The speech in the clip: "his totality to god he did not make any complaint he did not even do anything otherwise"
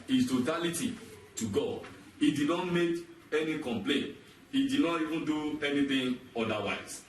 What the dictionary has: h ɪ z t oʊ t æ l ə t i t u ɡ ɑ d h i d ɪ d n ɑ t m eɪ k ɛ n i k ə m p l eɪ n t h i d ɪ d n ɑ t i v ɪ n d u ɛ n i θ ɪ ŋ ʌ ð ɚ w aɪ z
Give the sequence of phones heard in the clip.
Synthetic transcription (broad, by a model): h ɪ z t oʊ t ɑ l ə t i t u ɡ ɑ d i d ɪ d n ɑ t m eɪ k ɛ n i k ə m p l eɪ n t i d ɪ d n ɑ t i v ɪ n d u ɛ n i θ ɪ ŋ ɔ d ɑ w aɪ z